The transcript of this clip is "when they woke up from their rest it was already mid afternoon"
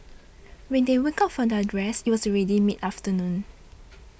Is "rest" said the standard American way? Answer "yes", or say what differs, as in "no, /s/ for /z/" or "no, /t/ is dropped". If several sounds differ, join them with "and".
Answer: no, /t/ is dropped